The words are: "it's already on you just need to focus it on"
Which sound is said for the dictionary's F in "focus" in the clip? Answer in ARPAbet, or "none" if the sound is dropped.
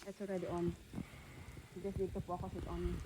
P